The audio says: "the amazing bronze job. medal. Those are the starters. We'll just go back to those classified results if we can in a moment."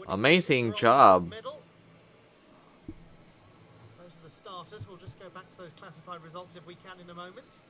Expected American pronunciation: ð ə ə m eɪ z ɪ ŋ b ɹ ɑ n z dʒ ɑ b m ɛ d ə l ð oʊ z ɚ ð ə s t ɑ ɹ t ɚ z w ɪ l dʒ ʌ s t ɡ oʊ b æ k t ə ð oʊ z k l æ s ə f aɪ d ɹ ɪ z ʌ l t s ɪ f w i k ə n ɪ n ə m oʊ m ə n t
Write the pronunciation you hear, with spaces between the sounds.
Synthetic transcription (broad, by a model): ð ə ə m eɪ z ɪ ŋ dʒ ɑ b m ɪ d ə l ð oʊ z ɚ ð ə s t ɑ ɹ t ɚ z w ɪ l dʒ ʌ s ɡ oʊ b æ k t ə ð oʊ z k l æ s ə f aɪ d ɹ ɪ z ʌ l t s ɪ f w i k ə n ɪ n ə m oʊ m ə n t